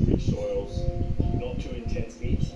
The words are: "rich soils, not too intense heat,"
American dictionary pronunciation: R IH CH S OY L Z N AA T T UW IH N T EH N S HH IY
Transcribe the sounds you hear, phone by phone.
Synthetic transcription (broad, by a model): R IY S OY L Z N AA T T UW IH N T EH N S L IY